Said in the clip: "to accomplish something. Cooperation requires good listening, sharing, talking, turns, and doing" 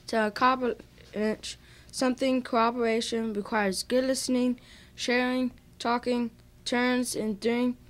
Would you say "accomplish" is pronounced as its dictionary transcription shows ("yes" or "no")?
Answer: no